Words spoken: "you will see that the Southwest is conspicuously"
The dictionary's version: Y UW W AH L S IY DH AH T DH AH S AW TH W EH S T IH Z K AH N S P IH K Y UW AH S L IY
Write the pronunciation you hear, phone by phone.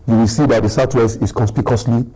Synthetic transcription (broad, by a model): Y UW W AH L S IY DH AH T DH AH S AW T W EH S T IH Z K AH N S P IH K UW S L IY